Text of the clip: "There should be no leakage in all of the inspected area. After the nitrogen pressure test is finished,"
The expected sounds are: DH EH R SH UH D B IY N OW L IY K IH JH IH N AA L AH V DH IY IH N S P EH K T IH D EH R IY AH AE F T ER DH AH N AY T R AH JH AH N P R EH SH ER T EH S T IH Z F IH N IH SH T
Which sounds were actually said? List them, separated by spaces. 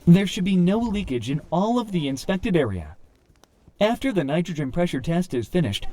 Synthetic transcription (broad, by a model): DH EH R SH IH D B IY N OW L IY K IH JH IH N AA L AH V DH IY IH N S P EH K T IH D EH R IY AH AE F T ER DH AH N AY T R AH JH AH N P R EH SH ER T EH S T IH Z F IH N IH SH T